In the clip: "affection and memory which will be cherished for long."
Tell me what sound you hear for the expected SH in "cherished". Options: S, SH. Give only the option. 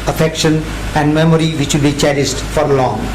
S